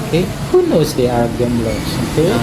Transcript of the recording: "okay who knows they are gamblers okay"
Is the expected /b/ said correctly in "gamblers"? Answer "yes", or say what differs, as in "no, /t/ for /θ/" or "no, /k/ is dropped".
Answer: no, /b/ is dropped